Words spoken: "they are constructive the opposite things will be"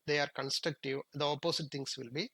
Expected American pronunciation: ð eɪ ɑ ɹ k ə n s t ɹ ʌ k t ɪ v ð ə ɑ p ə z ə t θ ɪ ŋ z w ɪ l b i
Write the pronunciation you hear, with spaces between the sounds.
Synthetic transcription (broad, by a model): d eɪ ɑ ɹ k ə n s t ɹ ʌ k t ɪ v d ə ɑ p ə s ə t t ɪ ŋ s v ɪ l b i